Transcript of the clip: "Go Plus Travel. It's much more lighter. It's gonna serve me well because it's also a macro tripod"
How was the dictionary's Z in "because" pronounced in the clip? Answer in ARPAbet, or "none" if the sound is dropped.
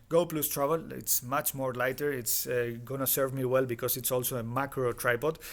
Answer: S